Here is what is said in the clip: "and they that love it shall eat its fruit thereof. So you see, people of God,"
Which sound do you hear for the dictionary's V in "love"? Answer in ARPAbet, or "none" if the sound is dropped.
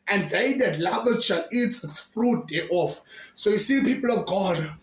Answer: B